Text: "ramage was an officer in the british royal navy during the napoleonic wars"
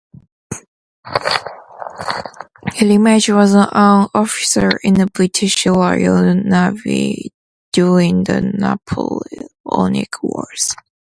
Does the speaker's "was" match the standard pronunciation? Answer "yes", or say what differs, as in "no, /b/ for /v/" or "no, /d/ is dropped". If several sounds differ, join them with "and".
yes